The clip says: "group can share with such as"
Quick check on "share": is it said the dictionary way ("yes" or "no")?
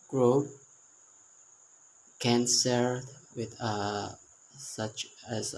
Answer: no